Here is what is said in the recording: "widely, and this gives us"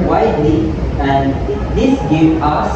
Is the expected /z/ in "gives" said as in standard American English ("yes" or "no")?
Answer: no